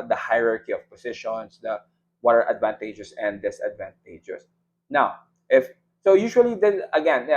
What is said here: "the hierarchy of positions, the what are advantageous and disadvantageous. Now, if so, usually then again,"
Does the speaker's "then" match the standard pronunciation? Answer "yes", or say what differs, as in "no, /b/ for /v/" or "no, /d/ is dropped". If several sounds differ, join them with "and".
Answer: no, /n/ is dropped